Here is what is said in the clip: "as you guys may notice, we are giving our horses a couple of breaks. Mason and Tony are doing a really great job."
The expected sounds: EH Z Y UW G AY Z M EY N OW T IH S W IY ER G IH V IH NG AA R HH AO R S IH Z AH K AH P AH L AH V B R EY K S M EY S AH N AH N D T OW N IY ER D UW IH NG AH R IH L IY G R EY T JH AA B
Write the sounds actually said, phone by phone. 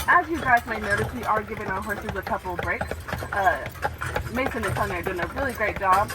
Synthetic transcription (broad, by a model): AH Z Y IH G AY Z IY N OW T IH S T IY ER G IH V IH NG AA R HH AO R S IH Z AH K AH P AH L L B R EY K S M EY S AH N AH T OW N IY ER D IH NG AH R IH L IY G R EY T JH AA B